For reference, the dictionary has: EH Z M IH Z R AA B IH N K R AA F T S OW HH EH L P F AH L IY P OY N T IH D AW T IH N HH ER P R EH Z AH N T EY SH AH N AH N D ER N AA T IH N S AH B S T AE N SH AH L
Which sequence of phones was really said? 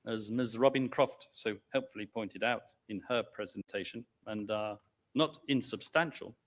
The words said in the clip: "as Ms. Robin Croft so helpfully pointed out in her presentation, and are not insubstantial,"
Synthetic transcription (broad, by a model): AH Z M IH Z R AA B IH N K R AA F T S OW HH EH L P F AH L IY P OY N T IH D AW T IH N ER P R EH Z AH N T EY SH AH N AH N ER N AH T IH N S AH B S T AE N SH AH L